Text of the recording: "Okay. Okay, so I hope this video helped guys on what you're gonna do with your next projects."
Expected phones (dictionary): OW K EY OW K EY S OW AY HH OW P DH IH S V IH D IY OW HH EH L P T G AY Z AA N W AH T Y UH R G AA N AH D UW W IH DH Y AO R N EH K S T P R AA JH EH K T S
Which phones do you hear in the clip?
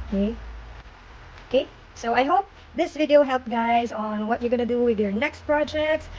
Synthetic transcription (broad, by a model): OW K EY OW K EY S OW AY HH OW P DH IH S V IH D IY OW HH EH L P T G AY Z N W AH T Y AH R G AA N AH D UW W IH DH Y AO R N EH K S T P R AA JH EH K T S